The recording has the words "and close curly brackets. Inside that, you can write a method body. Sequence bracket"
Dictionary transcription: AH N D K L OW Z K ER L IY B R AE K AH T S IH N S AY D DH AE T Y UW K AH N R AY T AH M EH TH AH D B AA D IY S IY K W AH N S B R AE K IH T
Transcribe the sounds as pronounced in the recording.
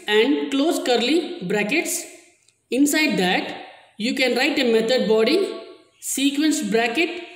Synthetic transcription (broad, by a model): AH N D K L OW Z K ER L IY B R AE K AH T S IH N S AY D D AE T Y UW K AH N R AY T AH M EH T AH D B AA D IY S IY K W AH N S B R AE K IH T